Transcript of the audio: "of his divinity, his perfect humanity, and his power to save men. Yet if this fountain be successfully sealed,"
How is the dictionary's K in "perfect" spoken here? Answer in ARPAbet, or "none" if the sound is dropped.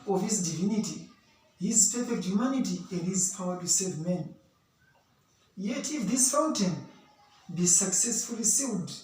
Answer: none